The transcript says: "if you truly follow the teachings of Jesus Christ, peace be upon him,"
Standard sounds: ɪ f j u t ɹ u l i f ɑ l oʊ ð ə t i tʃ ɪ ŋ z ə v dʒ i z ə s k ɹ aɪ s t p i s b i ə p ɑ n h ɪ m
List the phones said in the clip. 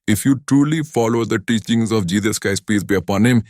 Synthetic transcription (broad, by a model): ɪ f j u t ɹ u l i f ɑ l oʊ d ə t i tʃ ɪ ŋ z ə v dʒ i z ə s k aɪ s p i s b i ə p ɑ n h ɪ m